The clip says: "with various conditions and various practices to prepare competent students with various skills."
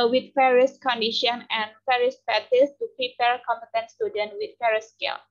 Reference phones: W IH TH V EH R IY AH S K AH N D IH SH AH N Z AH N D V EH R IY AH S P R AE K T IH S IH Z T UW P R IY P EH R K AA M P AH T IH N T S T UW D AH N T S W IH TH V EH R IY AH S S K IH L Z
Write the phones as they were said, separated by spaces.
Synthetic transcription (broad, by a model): W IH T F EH R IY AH S K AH N D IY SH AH N AH N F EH R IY S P AE T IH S T UW P R IY P EH R K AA M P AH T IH N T S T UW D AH N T W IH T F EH R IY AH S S K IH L